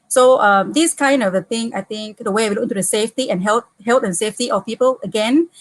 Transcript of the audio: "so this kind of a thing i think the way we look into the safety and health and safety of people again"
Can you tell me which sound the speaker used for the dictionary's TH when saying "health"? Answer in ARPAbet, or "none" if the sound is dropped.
T